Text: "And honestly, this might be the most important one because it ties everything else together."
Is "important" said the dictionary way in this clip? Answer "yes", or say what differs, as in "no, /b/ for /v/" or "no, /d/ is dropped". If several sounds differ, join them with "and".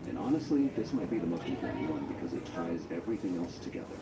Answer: no, /m/ is dropped